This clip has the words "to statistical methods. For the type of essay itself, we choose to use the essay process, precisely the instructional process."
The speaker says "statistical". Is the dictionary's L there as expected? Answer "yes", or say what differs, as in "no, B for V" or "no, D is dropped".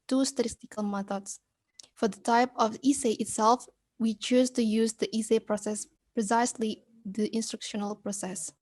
yes